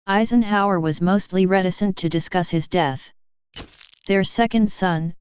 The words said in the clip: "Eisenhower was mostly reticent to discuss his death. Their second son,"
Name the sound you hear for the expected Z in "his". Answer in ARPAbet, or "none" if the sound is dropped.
Z